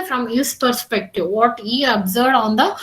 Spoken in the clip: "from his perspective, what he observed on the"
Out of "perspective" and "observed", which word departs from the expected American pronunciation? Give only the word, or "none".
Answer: observed